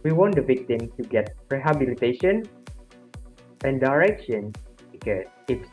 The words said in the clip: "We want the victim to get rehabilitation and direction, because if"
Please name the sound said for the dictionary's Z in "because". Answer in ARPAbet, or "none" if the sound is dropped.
none